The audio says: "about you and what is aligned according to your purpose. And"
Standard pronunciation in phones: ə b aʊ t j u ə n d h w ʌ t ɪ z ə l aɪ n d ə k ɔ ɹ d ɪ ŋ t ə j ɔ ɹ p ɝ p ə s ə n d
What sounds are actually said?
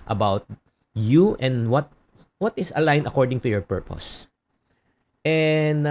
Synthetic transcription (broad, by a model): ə b aʊ t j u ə n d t w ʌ t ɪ s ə l aɪ n ə k ɔ ɹ d ɪ ŋ t ə j ɔ ɹ p ɝ p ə s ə n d